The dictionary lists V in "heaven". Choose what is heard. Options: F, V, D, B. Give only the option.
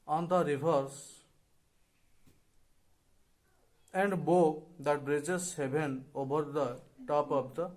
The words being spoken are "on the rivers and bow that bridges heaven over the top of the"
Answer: B